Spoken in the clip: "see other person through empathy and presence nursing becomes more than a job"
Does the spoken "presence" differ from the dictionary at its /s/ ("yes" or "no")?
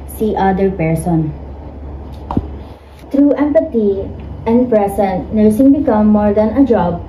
yes